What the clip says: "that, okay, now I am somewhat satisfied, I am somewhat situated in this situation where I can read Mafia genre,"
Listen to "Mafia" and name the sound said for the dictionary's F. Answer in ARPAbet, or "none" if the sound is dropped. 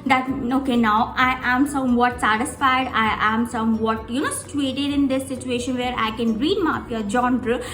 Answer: P